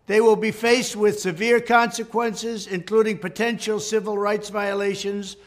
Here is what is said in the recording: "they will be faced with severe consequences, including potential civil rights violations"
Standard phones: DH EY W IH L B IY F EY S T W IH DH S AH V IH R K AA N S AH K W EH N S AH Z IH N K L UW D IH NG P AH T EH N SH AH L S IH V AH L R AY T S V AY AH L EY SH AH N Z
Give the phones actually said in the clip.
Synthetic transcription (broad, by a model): DH EY W IH L B IY F EY S T W IH DH S AH V IH R K AA N S AH K W EH N S AH Z IH N K L UW D IH NG P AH T EH N SH L S IH V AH L R AY T S V AY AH L EY SH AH N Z